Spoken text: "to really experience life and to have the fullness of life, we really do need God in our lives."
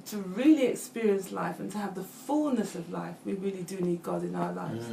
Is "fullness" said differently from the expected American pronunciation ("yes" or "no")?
no